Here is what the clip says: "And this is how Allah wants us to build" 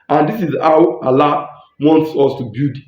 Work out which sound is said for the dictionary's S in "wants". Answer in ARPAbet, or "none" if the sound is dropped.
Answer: S